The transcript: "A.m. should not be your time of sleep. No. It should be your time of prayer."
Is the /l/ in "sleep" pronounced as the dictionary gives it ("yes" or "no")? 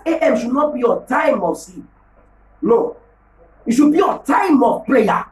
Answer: no